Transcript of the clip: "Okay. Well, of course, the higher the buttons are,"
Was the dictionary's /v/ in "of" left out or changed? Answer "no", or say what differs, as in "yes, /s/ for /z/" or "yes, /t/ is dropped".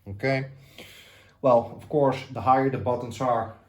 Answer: yes, /f/ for /v/